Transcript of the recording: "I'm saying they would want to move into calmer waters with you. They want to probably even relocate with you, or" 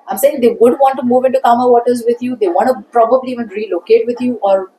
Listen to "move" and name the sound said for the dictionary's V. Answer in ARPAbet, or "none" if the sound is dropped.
V